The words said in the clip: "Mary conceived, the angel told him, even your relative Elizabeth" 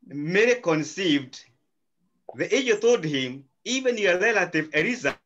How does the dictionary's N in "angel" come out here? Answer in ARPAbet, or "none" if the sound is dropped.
none